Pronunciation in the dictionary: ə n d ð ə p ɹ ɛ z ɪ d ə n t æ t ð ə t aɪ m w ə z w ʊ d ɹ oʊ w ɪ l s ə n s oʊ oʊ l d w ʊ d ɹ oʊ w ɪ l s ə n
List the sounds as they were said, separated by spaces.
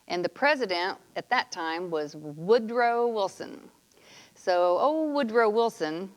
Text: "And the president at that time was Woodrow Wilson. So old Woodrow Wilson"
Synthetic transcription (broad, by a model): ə n ð ə p ɹ ɛ z ɪ d ə n t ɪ t ð ə t aɪ m w ə z w ʊ d ɹ oʊ w ɪ l s ə n s oʊ oʊ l w ʊ d ɹ oʊ w ɪ l s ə n